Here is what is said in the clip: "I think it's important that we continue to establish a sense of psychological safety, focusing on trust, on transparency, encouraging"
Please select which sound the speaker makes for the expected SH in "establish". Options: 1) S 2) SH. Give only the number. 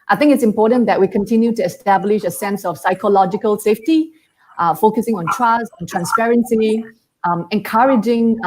2